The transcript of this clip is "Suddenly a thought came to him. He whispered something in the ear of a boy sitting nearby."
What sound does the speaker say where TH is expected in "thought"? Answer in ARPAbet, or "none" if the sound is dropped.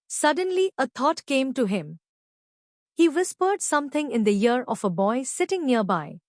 T